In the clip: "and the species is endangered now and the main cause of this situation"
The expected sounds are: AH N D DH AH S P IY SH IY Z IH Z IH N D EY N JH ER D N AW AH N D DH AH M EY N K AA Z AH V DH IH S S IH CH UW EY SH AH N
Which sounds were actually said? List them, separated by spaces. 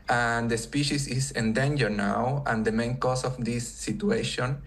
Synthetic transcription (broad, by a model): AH N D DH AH S P IY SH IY S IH S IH N D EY N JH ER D N AW AH N D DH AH M EY N K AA S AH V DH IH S S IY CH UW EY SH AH N